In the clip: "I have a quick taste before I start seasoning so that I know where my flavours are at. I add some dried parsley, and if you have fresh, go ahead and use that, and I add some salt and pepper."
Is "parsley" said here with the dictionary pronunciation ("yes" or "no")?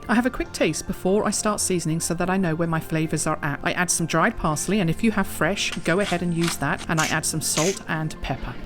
yes